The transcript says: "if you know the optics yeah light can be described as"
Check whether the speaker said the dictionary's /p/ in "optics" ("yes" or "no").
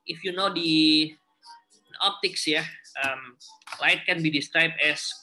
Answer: yes